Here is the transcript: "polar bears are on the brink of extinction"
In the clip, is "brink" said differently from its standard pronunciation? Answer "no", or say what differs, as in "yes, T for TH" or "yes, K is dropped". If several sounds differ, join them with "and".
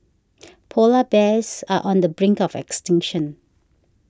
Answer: no